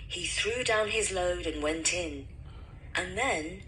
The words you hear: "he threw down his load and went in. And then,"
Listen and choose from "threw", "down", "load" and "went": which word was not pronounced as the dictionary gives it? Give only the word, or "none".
none